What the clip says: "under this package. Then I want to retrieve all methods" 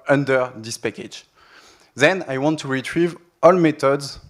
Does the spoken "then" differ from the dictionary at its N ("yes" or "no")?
no